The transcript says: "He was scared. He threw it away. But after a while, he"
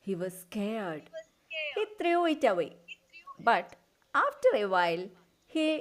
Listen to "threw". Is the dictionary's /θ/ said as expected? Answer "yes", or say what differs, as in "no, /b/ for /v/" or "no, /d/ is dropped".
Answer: no, /t/ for /θ/